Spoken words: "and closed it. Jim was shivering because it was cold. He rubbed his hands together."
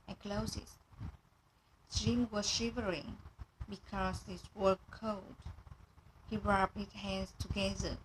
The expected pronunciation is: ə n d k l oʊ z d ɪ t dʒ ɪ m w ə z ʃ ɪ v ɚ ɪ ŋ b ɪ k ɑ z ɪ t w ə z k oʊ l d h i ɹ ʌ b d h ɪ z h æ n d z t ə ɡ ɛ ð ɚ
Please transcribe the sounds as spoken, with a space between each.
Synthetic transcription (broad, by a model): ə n k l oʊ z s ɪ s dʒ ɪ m w ə z ʃ ɪ v ɚ ɪ ŋ b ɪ k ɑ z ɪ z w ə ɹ k oʊ d h i ɹ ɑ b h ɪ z h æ n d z t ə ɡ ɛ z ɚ